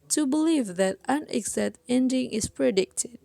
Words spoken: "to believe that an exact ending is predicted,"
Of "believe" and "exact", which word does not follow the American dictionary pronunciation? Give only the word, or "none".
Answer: exact